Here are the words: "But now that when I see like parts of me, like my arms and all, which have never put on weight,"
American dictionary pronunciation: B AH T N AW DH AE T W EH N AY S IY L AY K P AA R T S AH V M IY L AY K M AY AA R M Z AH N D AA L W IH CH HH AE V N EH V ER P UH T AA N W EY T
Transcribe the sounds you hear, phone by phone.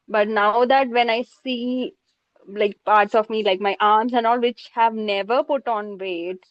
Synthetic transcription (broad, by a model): B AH T N AW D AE T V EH N AY S IY L AY K P AA R T S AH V M IY L AY K M AY AA R M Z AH N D AA L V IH CH HH AE V N EH V ER P UH T AA N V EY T